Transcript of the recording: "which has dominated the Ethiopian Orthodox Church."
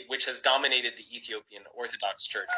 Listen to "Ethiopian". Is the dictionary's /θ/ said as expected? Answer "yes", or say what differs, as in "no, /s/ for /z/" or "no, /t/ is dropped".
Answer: yes